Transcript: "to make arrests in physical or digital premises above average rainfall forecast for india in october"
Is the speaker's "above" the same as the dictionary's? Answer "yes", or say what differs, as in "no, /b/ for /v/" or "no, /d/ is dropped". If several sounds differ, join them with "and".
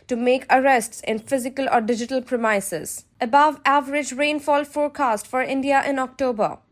yes